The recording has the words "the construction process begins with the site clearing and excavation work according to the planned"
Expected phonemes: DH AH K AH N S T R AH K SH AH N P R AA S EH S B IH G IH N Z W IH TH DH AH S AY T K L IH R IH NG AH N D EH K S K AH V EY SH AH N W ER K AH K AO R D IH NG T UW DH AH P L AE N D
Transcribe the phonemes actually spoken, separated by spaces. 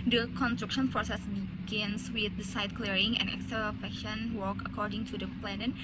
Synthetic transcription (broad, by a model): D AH K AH N S T R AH K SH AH N P R AA S EH S B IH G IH N S W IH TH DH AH S AY T K L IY R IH NG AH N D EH K S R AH F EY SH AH N W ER K AH K AO R D IH NG T UW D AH P L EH N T